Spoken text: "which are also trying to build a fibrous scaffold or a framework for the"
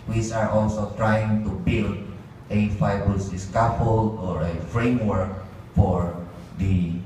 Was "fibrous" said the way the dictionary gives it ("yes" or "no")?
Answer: no